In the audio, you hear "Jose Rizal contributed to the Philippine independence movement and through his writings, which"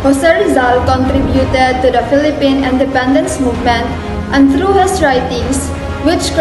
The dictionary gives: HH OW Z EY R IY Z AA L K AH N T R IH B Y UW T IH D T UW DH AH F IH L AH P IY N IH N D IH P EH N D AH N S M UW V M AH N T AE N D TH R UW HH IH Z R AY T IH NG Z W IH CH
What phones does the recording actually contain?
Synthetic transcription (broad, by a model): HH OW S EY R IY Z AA L K AH N T R IH B Y UW T IH D T UW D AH F IH L AH P IY N IH N D IH P EH N D AH N S M UW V M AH N T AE N D T R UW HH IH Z R AY T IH NG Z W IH CH